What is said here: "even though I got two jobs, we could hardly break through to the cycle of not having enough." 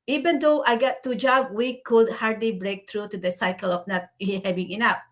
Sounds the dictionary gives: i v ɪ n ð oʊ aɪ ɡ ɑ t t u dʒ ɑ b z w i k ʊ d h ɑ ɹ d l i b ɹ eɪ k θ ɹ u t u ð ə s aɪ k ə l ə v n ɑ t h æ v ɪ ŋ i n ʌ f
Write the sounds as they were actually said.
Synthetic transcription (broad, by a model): i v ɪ n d oʊ aɪ ɡ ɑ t t u dʒ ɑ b w i k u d h ɑ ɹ d l i b ɹ eɪ k t ɹ u t u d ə s aɪ k ə l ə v n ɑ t h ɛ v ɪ ŋ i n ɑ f